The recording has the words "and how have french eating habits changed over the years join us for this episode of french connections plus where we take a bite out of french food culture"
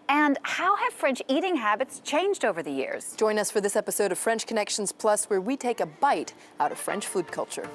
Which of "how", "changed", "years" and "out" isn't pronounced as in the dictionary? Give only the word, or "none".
none